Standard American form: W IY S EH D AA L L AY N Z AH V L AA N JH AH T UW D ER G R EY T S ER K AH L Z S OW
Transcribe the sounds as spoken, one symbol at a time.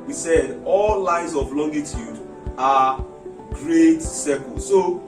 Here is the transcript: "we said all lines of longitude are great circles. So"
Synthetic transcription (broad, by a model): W IY S EH D AA L L AY Z AH V L AA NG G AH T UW D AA G R EY T S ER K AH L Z S OW